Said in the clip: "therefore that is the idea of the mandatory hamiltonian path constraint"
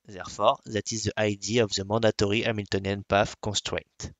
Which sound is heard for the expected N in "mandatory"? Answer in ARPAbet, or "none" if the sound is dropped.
none